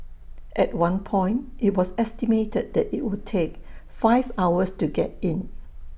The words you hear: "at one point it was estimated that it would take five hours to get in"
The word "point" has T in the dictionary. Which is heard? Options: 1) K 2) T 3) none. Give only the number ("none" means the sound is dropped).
2